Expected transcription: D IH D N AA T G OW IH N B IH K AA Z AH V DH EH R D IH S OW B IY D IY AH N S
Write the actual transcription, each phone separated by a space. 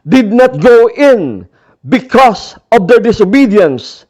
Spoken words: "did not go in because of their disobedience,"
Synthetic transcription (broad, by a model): D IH D N AA T G OW IH N B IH K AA S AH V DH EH R D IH S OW B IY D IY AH N S